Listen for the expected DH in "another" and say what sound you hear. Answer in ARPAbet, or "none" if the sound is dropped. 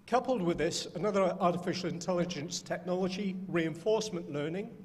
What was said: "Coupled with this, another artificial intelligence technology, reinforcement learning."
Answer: DH